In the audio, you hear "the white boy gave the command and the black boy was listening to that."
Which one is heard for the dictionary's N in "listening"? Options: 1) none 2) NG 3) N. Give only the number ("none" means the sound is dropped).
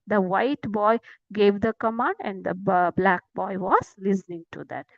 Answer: 3